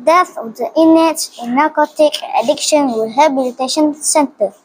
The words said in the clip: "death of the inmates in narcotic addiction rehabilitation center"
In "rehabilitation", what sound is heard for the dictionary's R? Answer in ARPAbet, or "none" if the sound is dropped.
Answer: W